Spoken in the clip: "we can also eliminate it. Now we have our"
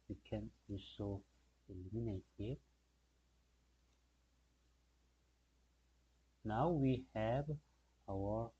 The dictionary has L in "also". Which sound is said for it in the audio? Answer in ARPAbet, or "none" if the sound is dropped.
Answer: none